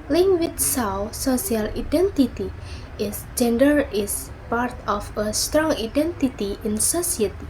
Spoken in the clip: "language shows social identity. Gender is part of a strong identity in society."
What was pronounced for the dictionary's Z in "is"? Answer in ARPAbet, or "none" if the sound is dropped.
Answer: S